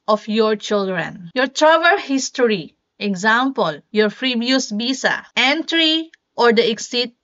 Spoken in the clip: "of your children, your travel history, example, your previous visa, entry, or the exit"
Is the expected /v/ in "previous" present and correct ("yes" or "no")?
no